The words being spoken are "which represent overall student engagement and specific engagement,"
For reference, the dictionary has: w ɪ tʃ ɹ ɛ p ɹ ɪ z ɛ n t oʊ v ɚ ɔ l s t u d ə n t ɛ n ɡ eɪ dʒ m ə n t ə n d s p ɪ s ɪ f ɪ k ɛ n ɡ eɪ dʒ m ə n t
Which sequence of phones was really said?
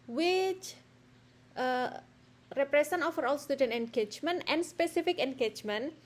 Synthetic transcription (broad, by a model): w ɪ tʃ ɹ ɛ p ɹ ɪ s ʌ n oʊ f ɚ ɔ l s t u d ə n t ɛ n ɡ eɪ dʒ m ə n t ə n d s p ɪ s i f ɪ k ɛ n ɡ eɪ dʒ m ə n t